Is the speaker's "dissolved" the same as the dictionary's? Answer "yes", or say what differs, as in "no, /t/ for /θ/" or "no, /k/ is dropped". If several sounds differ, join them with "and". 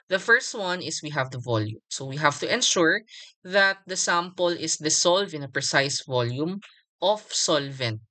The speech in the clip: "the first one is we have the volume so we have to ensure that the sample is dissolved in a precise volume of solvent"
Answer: no, /s/ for /z/ and /d/ is dropped